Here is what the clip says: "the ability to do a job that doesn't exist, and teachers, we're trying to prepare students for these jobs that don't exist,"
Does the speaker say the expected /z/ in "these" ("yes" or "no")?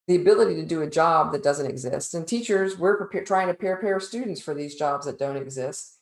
yes